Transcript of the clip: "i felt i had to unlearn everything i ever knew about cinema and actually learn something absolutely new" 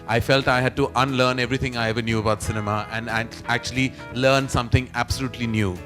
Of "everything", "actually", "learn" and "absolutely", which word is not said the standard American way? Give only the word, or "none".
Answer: everything